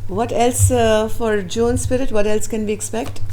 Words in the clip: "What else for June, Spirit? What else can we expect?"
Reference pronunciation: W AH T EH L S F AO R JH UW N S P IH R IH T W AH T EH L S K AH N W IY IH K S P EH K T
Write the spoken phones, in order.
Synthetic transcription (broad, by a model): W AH T EH L S F AO R JH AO N S P IH R IH T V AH T EH L S K AH N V IY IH K S P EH K T